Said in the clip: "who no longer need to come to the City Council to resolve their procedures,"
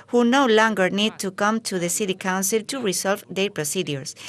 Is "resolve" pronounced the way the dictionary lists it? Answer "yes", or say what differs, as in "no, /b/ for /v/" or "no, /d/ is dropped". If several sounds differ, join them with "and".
no, /s/ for /z/